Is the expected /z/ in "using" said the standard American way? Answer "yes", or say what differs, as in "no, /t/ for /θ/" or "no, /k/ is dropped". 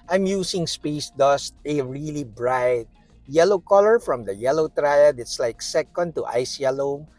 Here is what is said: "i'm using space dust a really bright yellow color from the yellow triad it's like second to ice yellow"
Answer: no, /s/ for /z/